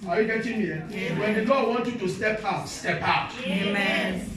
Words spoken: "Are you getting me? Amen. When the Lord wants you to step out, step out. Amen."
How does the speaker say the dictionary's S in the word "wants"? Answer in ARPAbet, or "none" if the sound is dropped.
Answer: none